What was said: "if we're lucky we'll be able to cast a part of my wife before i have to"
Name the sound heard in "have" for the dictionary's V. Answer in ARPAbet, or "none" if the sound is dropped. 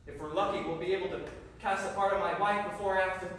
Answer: F